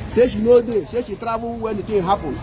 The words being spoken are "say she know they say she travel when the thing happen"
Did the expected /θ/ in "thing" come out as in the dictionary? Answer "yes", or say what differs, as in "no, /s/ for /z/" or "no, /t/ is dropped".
no, /t/ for /θ/